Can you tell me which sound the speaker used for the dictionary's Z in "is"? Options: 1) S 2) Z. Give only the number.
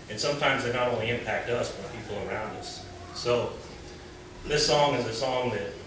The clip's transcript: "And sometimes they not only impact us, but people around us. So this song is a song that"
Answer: 2